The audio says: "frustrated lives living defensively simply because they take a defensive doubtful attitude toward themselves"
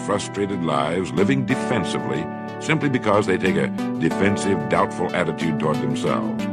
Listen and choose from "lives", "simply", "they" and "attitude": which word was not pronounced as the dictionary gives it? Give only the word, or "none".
none